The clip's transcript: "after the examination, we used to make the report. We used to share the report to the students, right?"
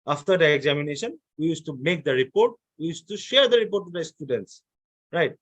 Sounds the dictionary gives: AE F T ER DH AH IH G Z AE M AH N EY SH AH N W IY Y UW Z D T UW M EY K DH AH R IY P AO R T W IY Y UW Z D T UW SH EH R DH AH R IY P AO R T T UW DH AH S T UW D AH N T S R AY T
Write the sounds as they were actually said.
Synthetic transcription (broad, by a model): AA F T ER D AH IH G Z AE M AH N EY SH AH N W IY Y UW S T UW M EY K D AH R IY P AO R T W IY Y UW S T UW SH EH R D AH R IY P AO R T T UW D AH S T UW D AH N T S R AY T